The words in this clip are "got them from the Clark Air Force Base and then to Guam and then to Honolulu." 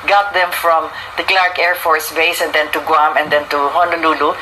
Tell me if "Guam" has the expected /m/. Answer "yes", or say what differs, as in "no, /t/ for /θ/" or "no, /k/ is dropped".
yes